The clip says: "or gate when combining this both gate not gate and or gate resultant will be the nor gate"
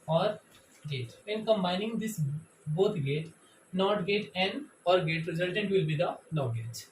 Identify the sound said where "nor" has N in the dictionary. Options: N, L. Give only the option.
L